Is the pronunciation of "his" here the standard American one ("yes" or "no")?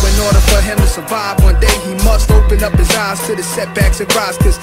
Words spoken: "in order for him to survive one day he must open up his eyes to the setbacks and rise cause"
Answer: yes